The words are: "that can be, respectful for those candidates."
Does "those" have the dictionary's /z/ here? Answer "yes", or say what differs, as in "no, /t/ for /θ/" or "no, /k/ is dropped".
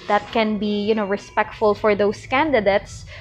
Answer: no, /s/ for /z/